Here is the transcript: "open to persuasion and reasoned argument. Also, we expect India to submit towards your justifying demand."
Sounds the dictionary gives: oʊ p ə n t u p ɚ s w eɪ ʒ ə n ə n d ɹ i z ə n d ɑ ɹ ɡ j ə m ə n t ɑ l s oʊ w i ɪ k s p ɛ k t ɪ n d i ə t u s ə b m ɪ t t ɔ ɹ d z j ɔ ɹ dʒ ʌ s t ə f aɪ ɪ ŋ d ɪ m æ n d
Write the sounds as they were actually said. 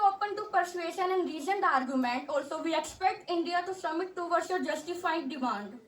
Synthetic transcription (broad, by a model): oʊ p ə n t u p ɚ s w eɪ ʃ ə n ə n d ɹ i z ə n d ɑ ɹ ɡ j ə m ə n t ɑ l s oʊ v i ɪ k s p ɛ k t ɪ n d i ə t u s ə m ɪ t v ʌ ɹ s j ɔ ɹ dʒ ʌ s t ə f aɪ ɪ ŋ d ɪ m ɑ n d